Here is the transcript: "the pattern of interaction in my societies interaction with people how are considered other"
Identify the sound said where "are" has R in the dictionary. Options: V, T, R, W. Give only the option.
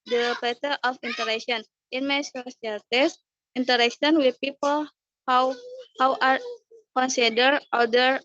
W